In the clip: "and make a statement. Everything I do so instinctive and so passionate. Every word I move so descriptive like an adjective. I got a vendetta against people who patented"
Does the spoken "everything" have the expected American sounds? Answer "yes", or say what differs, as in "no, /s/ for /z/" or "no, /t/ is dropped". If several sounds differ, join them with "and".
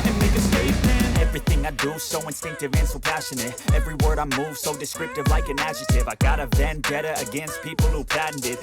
yes